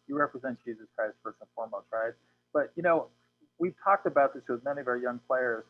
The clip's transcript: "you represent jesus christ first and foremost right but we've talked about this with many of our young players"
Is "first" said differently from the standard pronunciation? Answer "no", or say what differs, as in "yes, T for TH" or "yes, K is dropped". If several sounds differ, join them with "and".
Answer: yes, T is dropped